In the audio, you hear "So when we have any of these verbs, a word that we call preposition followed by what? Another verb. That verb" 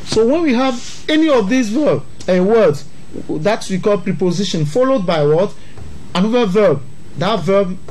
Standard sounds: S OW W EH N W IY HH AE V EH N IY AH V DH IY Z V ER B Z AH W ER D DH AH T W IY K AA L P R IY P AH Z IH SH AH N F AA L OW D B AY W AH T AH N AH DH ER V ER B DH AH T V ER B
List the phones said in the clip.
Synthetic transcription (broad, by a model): S OW W EH N W IY HH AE V EH N IY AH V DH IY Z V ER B AH W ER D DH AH T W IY K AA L P R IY P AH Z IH SH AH N F AA L OW D B AY W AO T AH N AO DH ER V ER B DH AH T V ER B